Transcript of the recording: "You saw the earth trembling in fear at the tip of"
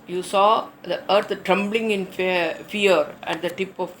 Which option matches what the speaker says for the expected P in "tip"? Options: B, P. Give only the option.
P